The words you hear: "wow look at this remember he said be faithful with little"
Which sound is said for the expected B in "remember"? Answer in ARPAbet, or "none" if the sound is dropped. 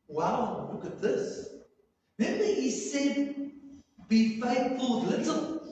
none